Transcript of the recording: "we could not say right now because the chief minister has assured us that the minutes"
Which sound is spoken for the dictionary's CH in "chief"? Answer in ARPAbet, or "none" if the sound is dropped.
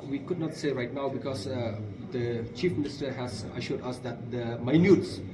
CH